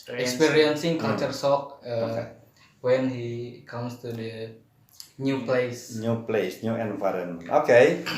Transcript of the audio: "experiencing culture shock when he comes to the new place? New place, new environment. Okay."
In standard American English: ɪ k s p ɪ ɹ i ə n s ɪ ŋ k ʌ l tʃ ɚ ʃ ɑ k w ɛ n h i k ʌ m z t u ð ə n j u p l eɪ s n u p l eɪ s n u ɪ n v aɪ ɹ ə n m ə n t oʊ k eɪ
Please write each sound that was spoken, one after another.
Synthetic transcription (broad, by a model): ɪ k s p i ɹ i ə n s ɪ ŋ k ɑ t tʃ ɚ s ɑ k w ɛ n h i k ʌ m s t u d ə n j u p l eɪ s n u p l eɪ s n u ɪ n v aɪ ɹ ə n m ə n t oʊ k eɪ